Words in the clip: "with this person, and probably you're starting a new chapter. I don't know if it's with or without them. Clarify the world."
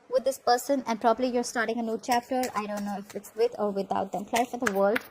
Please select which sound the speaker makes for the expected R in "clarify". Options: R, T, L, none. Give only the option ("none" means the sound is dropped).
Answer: none